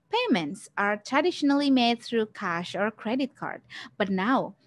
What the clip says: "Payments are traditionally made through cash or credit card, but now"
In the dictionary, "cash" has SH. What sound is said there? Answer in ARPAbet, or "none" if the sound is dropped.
SH